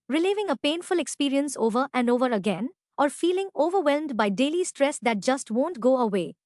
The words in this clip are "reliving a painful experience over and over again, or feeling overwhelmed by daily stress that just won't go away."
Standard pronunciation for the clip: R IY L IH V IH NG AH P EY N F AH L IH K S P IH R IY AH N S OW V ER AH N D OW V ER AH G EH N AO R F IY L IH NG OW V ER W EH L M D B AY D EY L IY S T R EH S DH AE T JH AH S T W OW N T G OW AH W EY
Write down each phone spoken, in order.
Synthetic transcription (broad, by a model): R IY L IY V IH NG AH P EY N F AH L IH K S P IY R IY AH N S OW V ER AH N D OW V ER AH G EH N AO R F IY L IH NG OW V ER W EH L M D B AY D EY L IY S T R EH S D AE T JH AH S T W OW N T G OW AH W EY